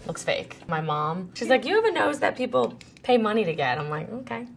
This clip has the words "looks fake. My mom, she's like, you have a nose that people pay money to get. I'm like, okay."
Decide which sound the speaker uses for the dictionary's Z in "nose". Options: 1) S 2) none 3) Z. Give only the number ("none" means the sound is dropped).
3